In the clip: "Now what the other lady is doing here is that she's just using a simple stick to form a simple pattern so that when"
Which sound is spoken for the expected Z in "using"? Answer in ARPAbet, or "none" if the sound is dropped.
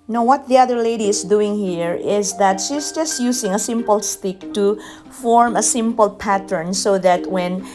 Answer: S